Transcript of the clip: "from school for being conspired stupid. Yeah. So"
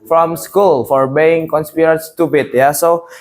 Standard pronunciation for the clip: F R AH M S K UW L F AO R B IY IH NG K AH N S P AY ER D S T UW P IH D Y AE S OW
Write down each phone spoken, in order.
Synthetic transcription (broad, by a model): F R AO M S K UW L F AO R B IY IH NG K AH N S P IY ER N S T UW B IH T Y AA S OW